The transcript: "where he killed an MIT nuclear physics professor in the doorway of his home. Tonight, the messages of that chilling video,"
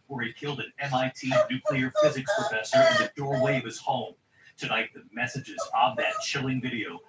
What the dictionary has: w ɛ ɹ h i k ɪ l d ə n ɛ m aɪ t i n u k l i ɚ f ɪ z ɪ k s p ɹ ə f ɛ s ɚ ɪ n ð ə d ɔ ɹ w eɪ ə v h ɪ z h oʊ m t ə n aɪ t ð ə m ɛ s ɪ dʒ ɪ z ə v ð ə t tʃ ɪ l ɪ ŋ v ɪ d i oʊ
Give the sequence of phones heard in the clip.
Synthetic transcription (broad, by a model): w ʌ ɹ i k ɪ l d ə n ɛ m aɪ t i n u k l i ɚ f ɪ z ɪ k s p ɹ ə f ɛ s ɚ ɪ n ð ə d ɔ ɹ w eɪ ə v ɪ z h oʊ m t ə n aɪ t ð ə m ɛ s ɪ dʒ ɪ z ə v ð ə t tʃ ɪ l ɪ ŋ v ɪ d i oʊ